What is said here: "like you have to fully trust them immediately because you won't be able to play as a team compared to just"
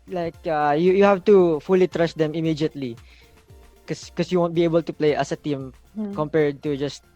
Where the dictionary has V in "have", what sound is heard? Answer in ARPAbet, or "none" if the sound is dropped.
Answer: F